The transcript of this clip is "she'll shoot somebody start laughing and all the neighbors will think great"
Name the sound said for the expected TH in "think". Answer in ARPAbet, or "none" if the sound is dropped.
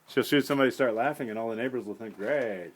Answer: TH